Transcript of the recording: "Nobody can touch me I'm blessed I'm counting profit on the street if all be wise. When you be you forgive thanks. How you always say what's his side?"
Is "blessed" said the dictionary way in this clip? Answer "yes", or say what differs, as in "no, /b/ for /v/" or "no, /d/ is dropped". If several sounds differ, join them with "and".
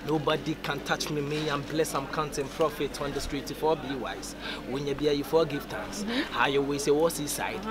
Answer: no, /t/ is dropped